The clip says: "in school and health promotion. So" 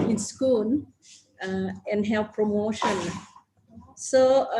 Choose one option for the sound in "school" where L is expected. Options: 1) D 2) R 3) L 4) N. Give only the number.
4